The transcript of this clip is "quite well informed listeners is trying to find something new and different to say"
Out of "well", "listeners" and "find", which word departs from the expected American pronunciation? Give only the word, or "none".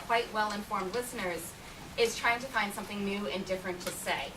none